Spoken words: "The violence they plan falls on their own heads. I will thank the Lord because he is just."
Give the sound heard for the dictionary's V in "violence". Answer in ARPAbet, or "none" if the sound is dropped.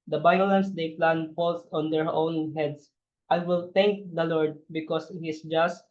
B